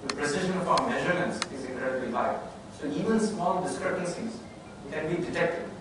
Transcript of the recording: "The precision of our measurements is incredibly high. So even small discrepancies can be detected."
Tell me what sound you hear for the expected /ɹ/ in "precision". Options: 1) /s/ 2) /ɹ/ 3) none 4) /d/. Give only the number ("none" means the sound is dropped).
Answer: 2